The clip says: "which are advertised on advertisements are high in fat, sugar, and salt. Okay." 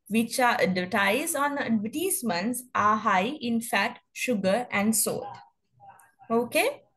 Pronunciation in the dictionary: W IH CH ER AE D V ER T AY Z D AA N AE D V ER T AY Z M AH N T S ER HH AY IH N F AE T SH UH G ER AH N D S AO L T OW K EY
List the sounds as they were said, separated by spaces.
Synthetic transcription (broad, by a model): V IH CH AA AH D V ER T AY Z AA N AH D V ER T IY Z M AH N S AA HH AY IH N F AE T SH UH G ER AH N D S AO T OW K EY